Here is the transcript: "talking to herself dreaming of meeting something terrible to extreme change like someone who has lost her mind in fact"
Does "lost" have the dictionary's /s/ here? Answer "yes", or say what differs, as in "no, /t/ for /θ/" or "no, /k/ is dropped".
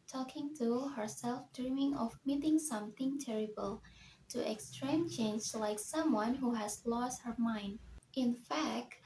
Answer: yes